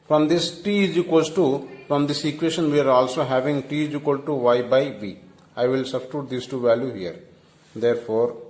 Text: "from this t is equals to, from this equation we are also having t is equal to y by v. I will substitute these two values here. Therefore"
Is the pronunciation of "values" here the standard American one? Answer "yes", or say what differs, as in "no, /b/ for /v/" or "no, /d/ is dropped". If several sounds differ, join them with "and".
no, /z/ is dropped